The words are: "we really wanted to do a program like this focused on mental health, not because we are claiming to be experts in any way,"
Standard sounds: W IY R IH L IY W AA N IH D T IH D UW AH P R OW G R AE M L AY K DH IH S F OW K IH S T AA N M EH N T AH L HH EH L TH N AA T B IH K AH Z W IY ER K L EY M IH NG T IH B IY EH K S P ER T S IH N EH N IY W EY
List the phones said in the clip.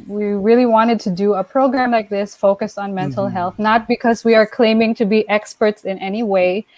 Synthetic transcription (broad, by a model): W IY R IH L IY W AA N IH D T IH D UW AH P R OW G R AE M L AY K DH IH S F OW K IH S T N M EH N T L HH EH L TH N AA T B IH K AH Z W IY ER K L EY M IH NG T IH B IY EH K S P ER T S IH N EH N IY W EY